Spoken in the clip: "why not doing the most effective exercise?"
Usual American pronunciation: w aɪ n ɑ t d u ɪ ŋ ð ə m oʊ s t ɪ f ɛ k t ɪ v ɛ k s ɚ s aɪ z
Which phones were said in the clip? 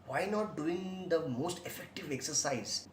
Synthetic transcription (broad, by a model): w aɪ n ɑ t d u ɪ ŋ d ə m oʊ s t ɪ f ɛ k t ɪ v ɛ k s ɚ s aɪ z